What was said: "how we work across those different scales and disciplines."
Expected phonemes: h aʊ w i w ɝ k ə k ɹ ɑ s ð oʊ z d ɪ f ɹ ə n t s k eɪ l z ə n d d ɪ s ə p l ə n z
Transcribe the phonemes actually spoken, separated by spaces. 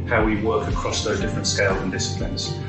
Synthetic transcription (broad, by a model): h aʊ w i w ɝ k ə k ɹ ɑ s ð oʊ z d ɪ f ɹ ə n t s k eɪ l z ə n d d ɪ s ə p l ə n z